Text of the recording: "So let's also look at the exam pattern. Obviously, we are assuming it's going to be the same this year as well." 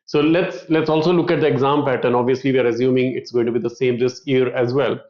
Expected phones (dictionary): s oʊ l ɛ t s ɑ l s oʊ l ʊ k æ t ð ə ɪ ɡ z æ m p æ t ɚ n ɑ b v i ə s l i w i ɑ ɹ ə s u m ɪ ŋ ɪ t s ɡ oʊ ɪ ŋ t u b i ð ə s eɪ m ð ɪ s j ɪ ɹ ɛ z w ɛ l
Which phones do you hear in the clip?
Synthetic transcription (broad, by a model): s oʊ l ɛ t s ɑ l s oʊ l ʊ k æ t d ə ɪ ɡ z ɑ m p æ t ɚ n ɑ b v i ə s l i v i ɑ ɹ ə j u m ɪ ŋ ɪ t s ɡ oʊ ɪ ŋ t u b i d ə s eɪ m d ɪ s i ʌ ɹ ɛ z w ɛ l